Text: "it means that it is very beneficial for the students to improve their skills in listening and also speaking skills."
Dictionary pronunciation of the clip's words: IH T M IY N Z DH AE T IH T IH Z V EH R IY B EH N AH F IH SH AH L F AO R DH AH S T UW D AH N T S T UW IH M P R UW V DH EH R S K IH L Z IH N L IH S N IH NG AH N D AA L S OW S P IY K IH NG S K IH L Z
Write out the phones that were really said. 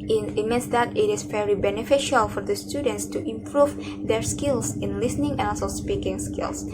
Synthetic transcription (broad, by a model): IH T M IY N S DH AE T IH T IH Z V EH R IY B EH N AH F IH SH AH L F AO R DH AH S T UW D AH N T S T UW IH M P R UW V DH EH R S K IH L S IH N L IH S N IH NG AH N AA L S OW S P IY K IH NG S K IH L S